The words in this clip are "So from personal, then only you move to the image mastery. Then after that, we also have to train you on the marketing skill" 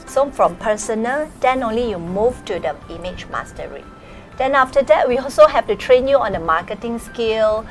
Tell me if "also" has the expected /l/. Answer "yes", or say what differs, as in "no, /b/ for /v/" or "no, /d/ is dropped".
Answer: yes